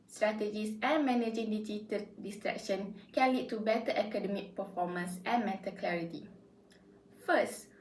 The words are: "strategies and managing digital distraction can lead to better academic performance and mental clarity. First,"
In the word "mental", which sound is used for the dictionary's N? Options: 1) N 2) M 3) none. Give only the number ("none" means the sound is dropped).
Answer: 3